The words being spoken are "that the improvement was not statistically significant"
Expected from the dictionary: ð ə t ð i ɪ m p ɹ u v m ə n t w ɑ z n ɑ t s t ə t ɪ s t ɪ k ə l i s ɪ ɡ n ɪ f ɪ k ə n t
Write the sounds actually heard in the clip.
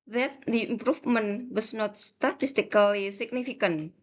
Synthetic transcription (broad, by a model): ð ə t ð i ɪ m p ɹ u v m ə n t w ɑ s n ɑ t s t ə t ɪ s t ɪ k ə l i s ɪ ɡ n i f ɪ k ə n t